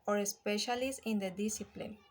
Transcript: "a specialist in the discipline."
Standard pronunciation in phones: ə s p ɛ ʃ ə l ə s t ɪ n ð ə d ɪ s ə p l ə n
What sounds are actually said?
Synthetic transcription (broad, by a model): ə s p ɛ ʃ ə l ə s ɪ n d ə d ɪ s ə p l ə n